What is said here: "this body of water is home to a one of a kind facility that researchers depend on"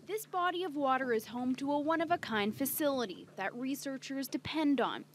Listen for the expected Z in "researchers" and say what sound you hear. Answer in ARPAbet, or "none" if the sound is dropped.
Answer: Z